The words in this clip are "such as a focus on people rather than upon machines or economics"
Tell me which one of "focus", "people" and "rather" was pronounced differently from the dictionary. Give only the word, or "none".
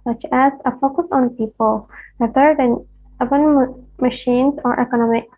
rather